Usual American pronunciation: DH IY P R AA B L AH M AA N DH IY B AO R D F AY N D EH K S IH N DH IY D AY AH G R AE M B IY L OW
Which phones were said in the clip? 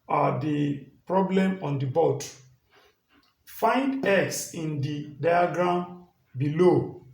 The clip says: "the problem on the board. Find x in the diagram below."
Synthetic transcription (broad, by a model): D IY P R AA B L AH M AA N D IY B AO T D F AY N D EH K S IH N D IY D AY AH G R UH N B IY L OW